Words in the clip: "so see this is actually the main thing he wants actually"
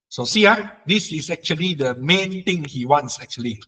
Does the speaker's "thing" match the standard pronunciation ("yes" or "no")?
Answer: no